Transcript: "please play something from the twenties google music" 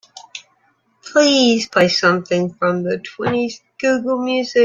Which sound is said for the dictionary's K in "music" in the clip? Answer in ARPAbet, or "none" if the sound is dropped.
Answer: none